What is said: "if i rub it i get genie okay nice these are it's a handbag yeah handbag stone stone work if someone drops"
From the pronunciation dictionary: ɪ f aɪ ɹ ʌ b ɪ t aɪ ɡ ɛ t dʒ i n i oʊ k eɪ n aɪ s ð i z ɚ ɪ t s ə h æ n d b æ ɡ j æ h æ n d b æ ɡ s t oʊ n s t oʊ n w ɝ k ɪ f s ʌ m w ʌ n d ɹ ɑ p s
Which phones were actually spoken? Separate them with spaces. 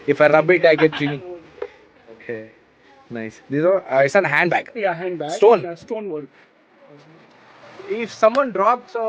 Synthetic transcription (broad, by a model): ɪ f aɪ ɹ ʌ b ɪ t aɪ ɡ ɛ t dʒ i i oʊ k eɪ n aɪ s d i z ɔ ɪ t s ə h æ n d b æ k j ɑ h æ n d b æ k s t oʊ n s t oʊ n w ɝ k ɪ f s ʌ m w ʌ n d ɹ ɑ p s